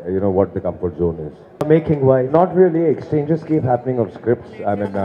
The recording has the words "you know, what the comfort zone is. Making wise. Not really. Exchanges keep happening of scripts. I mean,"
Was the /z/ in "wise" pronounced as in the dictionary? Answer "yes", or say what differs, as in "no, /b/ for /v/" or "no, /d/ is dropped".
no, /z/ is dropped